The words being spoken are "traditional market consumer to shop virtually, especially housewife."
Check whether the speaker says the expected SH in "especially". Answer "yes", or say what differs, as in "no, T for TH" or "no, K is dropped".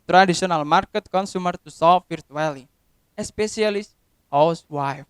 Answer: no, S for SH